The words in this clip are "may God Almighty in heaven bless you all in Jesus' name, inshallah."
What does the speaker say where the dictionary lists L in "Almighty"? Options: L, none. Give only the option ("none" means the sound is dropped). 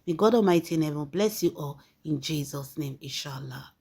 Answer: none